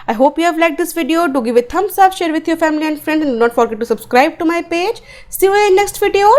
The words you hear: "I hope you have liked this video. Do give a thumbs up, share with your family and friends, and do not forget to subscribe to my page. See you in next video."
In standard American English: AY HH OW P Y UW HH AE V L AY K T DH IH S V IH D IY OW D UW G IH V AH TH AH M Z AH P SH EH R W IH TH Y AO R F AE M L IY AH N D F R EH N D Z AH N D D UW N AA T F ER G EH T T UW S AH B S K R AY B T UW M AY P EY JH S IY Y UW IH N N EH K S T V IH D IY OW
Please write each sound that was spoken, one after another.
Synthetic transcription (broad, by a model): AY HH OW P Y UW HH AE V L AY T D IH S V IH D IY OW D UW G IH V AH T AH M S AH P SH EH R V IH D Y AO R F AE M L IY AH N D F R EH N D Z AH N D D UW N AA T F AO G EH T T UW S AH B S K R AY B T UW M AY P EY JH S IY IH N N EH K S T V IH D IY OW